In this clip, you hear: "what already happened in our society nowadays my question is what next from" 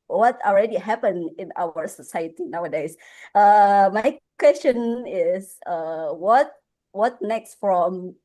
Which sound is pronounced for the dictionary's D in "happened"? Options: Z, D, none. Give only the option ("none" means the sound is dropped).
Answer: none